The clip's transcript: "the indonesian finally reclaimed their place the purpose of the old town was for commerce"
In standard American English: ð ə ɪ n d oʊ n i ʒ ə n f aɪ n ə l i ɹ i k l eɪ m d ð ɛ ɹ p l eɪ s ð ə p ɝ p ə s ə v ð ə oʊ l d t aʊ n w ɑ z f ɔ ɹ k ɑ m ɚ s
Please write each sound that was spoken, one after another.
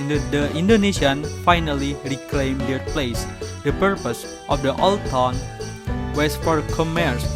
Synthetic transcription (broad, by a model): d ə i n d oʊ n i s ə n f aɪ n ə l i ɹ i k l eɪ m d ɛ ɹ p l eɪ s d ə p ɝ p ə s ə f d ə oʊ l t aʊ n w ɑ s f ɔ ɹ k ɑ m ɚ s